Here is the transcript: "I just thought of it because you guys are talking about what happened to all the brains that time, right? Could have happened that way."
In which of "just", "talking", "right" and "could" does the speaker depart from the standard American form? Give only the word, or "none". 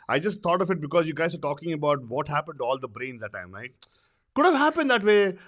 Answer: right